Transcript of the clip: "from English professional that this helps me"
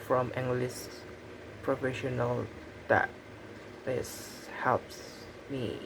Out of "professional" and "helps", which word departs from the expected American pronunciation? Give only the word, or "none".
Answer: none